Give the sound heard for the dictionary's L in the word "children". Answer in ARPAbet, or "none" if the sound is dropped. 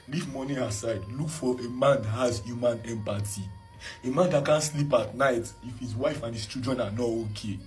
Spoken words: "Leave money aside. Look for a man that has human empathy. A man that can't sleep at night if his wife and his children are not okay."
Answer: none